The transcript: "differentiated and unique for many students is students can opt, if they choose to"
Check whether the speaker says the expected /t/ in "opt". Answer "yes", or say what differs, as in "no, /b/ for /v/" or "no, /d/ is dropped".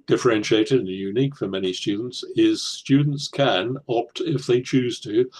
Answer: yes